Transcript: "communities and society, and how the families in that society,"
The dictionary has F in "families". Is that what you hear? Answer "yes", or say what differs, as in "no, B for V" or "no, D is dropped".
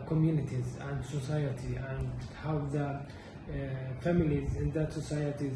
yes